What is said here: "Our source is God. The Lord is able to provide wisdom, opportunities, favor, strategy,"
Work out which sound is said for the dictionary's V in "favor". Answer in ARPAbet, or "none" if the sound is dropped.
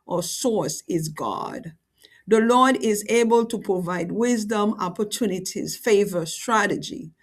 V